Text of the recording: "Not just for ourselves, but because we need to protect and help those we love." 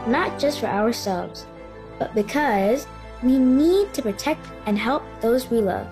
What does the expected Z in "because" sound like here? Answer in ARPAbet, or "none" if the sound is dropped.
Z